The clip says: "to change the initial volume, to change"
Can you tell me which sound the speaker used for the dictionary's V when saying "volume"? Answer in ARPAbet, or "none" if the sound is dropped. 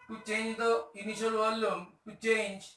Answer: W